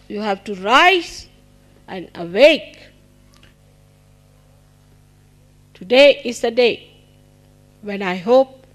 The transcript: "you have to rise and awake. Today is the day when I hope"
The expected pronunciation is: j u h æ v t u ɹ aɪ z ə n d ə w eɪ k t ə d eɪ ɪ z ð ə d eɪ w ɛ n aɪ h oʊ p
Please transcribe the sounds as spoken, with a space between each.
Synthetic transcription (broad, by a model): j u h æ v t u ɹ aɪ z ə n ə w eɪ k t ə d eɪ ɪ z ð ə d eɪ w ɛ n aɪ h oʊ p